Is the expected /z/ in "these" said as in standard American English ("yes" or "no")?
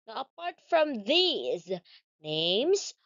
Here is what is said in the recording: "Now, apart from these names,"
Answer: yes